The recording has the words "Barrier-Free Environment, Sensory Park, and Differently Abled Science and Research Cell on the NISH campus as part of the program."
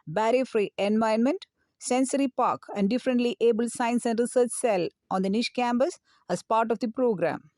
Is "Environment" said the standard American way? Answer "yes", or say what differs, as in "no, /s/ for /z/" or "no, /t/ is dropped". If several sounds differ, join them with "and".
no, /ɹ/ is dropped